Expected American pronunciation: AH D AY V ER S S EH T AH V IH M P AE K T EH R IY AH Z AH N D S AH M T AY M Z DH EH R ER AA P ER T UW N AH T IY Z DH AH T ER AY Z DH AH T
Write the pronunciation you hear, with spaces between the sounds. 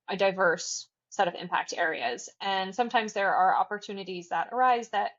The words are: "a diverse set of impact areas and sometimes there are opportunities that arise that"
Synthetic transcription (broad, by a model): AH D AY V ER S S EH T AH V IH M P AE K T EH R IY AH Z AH N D S AH M T AY M Z DH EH R ER AA P ER T UW N AH T IY Z DH AH T ER AY Z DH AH T